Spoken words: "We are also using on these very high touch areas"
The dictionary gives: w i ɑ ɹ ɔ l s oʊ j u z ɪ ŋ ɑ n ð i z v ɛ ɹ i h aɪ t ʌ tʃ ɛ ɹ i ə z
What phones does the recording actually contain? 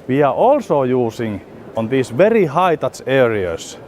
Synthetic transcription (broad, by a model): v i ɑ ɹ ɔ l s oʊ j u s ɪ ŋ ɑ n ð i s v ɛ ɹ i h aɪ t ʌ s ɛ ɹ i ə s